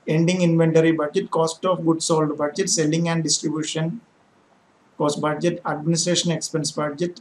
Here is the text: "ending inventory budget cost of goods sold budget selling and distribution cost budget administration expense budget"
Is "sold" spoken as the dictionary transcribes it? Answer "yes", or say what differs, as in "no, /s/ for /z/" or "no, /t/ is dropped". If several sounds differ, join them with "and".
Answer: yes